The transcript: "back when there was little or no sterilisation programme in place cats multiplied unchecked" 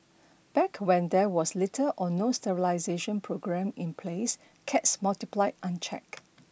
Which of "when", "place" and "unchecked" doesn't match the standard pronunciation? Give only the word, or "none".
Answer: unchecked